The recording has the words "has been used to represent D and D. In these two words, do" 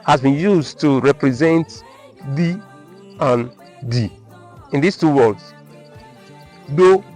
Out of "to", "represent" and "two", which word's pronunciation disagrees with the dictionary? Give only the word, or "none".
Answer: none